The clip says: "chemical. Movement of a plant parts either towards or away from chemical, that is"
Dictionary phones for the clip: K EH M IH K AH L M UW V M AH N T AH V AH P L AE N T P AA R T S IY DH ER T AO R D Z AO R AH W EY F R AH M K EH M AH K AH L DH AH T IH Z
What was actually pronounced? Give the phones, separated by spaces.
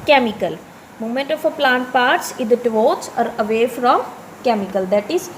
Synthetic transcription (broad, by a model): K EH M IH K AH L M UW M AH N T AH F AH P L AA N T P AA R T S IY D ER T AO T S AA R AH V EY F R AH M K EH M AH K AH L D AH T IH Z